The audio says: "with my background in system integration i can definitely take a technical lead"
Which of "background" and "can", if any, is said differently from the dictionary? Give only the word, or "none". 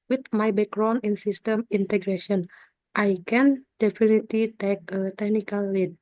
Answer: background